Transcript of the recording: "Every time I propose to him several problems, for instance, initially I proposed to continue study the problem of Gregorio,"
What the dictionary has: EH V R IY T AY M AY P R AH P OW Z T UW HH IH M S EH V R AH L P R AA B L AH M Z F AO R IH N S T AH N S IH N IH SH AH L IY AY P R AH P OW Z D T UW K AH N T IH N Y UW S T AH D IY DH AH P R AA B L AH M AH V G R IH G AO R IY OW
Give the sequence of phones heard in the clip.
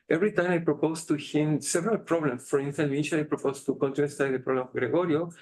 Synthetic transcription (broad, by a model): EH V R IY T AY M AY P R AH P OW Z T UW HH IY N S EH V R AH L P R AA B L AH M S F AO R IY N S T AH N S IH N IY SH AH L AY P R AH P OW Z T UW K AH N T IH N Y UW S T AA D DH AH P R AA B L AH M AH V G R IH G AO R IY OW